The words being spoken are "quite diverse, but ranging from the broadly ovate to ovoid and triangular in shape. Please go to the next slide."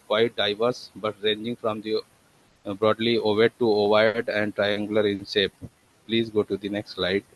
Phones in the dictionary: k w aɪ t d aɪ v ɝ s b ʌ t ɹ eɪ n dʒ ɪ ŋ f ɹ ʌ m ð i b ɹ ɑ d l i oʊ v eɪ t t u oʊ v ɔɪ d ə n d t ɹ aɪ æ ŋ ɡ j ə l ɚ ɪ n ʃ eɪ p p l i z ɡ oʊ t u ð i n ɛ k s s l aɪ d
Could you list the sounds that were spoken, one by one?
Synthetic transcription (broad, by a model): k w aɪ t d aɪ v ɝ s b ʌ t ɹ eɪ n dʒ ɪ ŋ f ɹ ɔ m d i b ɹ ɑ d l i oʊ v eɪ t t u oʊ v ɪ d ə n d t ɹ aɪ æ ŋ ɡ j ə l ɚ ɪ n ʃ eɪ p p l i z ɡ oʊ t u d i n ɛ k s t l aɪ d